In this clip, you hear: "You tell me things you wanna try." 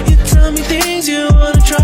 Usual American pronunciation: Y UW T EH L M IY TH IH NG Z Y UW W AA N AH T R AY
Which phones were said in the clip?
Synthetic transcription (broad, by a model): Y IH T EH L M IY TH IH NG Z Y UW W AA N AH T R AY